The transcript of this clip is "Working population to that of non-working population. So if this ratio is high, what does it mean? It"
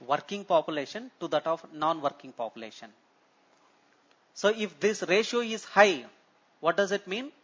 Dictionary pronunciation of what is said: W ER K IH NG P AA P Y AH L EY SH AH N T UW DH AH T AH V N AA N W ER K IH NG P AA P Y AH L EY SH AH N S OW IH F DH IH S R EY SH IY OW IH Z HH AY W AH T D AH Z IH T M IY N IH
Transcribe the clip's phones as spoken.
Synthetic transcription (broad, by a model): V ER K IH NG P AA P Y AH L EY SH AH N T UW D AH T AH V N AA N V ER K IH NG P AA P Y AH L EY SH AH N S OW IH F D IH S R EY SH IY OW IH Z HH AY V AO T D AH Z IH T M IY N